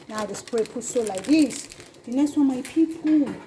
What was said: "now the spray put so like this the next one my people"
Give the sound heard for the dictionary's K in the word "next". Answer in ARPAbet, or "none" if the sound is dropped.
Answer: none